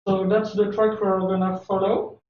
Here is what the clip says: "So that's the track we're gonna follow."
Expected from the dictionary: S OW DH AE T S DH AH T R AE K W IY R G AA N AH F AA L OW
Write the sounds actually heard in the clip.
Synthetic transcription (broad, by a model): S OW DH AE T S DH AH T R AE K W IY L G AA N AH F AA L OW